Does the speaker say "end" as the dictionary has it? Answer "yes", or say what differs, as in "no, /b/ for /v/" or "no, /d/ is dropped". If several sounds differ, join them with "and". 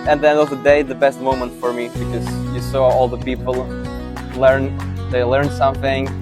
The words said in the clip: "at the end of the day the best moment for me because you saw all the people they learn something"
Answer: no, /d/ is dropped